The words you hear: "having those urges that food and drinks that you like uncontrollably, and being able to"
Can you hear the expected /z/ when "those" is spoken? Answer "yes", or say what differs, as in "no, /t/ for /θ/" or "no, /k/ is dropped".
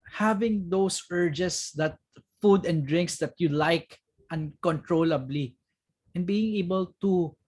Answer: no, /s/ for /z/